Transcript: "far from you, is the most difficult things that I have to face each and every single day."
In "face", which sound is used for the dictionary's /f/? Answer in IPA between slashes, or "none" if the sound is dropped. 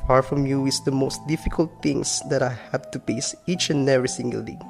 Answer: /p/